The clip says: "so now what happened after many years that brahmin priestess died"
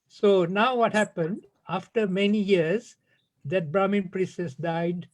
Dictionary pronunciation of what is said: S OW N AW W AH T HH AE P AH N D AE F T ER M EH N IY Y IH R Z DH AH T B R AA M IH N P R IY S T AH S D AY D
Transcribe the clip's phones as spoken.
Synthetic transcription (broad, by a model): S OW N AW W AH T HH AE P AH N D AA F T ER M EH N IY Y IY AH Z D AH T B R AA M IH N P R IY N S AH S D AY D